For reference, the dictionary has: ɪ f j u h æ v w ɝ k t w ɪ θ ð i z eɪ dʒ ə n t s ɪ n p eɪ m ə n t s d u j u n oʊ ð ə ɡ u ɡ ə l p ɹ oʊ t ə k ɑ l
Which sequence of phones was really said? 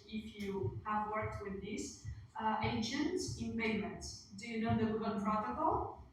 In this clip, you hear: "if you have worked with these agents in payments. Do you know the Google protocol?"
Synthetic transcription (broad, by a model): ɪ f j u h æ v w ɝ k t w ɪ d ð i s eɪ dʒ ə n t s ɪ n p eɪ m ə n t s d u j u n oʊ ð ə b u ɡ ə n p ɹ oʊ t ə k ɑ l